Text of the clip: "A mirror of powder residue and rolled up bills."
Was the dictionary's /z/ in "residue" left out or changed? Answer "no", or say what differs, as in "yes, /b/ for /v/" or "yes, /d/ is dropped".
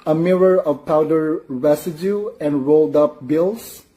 yes, /s/ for /z/